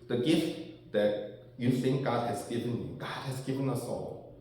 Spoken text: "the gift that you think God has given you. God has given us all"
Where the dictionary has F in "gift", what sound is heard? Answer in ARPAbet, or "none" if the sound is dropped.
F